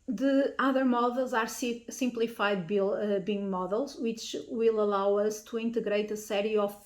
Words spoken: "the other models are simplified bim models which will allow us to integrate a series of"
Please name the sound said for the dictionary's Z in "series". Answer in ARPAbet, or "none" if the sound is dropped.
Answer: none